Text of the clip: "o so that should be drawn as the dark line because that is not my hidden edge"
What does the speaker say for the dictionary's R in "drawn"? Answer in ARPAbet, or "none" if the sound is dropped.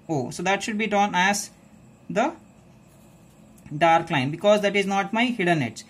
none